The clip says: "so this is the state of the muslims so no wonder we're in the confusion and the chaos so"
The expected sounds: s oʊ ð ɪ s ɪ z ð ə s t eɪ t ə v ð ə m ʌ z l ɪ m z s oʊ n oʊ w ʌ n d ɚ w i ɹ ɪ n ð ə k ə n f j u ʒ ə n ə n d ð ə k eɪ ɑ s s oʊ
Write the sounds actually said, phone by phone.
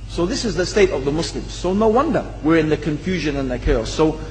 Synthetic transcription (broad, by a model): s oʊ ð ɪ s ɪ z ð ə s t eɪ t ə v ð ə m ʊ s l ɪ m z s oʊ n oʊ w ʌ n d ɚ w i ɹ ɪ n ð ə k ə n f j u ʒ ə n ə n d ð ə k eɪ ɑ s s oʊ